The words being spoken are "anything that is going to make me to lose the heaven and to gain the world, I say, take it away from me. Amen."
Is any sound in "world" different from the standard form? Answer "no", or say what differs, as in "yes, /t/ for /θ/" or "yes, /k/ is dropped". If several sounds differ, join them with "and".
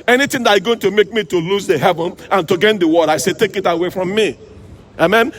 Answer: yes, /l/ is dropped